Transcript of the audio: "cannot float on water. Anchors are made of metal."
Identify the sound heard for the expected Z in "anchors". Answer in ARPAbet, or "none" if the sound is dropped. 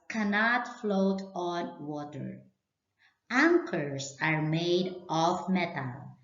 S